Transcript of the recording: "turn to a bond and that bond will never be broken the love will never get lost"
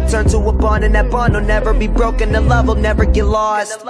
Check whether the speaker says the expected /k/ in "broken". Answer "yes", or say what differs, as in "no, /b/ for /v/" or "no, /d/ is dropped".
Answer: yes